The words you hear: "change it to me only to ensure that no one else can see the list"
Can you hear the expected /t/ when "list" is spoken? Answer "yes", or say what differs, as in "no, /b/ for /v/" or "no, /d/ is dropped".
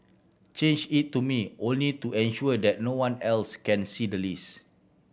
no, /t/ is dropped